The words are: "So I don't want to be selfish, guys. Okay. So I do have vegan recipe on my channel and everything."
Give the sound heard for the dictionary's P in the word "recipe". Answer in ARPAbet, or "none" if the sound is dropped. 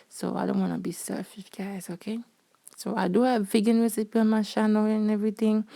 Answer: P